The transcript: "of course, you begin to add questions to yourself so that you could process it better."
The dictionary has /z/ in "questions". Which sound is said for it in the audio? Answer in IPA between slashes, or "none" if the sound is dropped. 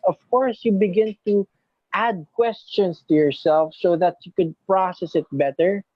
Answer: /s/